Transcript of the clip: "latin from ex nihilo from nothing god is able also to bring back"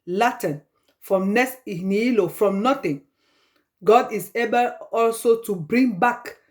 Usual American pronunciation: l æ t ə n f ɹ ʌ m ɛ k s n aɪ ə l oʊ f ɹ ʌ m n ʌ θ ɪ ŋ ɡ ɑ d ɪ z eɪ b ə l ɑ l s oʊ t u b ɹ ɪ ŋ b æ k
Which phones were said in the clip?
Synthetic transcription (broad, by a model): l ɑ t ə n f ɹ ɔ m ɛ s n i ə l oʊ f ɹ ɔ m n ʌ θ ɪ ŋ ɡ ɑ d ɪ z eɪ b ə l ɑ l s oʊ t u b ɹ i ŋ b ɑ k